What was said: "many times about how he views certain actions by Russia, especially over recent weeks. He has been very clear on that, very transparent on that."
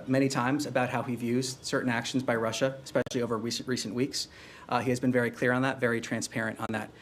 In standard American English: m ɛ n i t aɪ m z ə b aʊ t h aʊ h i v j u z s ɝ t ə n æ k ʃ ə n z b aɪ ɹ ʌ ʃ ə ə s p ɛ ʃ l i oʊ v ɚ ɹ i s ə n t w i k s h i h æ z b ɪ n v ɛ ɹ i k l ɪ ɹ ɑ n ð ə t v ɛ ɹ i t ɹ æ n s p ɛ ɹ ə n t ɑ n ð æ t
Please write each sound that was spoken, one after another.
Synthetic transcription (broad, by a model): m ɛ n i t aɪ m z ə b aʊ t h aʊ h i v j u z s ɝ t n æ k ʃ n z b aɪ ɹ ʌ ʃ ə ə s p ɛ ʃ l i oʊ v ɚ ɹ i s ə n t w i k s h i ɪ z b ɪ n v ɛ ɹ i k l ɪ ɹ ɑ n ð ə t v ɛ ɹ i t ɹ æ n s p ɛ ɹ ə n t n ð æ t